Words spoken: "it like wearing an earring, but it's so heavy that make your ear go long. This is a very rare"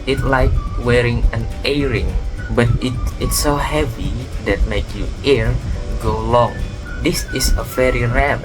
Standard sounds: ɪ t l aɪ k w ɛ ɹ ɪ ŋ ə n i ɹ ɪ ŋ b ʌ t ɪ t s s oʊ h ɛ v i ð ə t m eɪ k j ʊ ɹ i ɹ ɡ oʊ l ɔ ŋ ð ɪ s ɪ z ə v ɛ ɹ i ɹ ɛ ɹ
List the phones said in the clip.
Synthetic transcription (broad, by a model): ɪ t l aɪ k w ɛ ɹ ɪ ŋ ə n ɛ ɹ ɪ ŋ b ʌ t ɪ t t s oʊ h ɛ v i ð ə t m eɪ k j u i ɹ ɡ oʊ l ɔ ŋ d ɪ s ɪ s ə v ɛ ɹ i ɹ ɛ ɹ